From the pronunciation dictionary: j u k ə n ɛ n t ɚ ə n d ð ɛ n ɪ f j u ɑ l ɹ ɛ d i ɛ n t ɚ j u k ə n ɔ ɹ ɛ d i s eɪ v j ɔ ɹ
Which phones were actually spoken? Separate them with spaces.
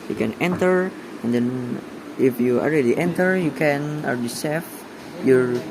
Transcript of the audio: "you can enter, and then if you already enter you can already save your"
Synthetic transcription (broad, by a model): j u k ə n ɛ n t ɚ ə n d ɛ n ɪ f j u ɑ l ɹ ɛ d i ɛ n t ɚ j u k ə n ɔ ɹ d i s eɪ f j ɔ ɹ